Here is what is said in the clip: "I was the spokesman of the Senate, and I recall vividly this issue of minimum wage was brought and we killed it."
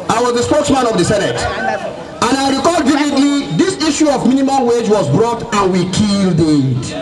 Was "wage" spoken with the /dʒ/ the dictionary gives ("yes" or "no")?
yes